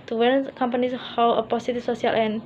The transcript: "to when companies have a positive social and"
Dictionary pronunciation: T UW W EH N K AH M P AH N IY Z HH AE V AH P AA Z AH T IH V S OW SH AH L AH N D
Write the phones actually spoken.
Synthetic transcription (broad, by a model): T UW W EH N K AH M P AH N IY S HH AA W AH P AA S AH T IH F S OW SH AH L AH N